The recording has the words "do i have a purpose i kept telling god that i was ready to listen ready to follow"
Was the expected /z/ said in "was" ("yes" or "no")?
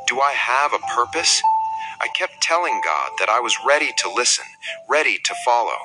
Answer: yes